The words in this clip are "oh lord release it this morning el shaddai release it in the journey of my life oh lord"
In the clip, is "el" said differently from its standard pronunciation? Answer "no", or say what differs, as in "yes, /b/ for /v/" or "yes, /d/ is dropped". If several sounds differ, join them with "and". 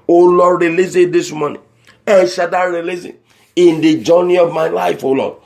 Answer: yes, /n/ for /l/